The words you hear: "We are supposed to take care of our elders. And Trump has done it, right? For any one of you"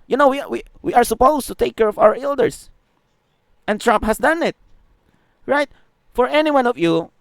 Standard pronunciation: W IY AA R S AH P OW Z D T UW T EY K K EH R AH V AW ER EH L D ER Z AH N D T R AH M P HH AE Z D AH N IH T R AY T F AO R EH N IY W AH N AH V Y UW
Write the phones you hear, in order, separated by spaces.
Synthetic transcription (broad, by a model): W IY AA R S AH P OW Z T UW T EY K K EH R AH V AW ER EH L D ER S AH N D T R AH M P HH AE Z D AH N IH T R AY T F AO R EH N IY W AH N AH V Y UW